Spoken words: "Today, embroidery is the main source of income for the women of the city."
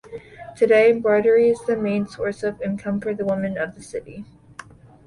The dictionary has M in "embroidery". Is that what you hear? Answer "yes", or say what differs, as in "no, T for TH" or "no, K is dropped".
no, M is dropped